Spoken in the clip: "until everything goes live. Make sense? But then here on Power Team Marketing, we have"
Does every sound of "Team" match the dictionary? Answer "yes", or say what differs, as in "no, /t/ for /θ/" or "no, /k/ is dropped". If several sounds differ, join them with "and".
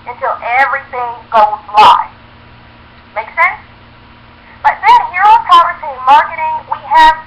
no, /s/ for /t/